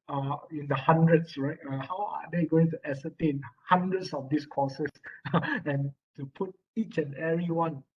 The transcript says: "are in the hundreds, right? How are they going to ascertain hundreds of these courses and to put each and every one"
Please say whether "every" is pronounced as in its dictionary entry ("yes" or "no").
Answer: no